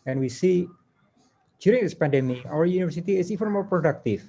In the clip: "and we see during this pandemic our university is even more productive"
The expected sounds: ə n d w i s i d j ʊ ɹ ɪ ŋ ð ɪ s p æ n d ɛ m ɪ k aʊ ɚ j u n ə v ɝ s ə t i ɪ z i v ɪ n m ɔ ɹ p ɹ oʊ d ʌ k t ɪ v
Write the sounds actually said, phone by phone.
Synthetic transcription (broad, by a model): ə n w i s i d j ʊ ɹ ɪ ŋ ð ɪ s p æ n d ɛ m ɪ aʊ ɚ j u n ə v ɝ s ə t i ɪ s i v ɪ n m ɔ ɹ p ɹ oʊ d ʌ k t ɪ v